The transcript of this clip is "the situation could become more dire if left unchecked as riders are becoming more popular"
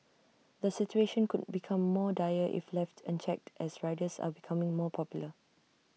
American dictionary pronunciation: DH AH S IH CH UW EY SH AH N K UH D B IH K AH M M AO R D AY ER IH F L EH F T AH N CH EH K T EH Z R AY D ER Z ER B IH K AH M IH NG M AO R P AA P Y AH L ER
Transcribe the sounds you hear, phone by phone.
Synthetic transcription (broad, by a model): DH AH S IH CH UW EY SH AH N K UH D B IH K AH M M AO D AY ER IH F L EH F T AH N CH EH K T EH S R AY D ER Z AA B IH K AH M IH NG M AO P AA P Y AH L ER